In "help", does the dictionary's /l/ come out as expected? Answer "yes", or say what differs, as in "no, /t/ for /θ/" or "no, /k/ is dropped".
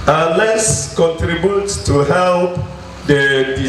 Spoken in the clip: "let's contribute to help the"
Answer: yes